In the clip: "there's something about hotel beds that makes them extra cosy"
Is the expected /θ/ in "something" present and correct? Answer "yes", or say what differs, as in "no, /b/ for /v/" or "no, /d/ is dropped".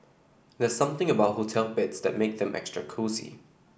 yes